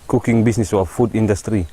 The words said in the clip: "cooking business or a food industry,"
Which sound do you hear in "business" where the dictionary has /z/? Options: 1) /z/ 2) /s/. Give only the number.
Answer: 2